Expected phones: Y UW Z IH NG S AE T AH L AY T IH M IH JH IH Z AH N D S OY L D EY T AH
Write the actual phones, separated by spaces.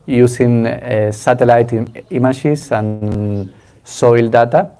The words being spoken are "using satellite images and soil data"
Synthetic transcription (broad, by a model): Y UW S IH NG S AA T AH L AY T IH M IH SH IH S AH N S OY L D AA T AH